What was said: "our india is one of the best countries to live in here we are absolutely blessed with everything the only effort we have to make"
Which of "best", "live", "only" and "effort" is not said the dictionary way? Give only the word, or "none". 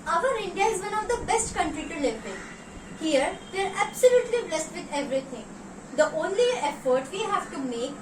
live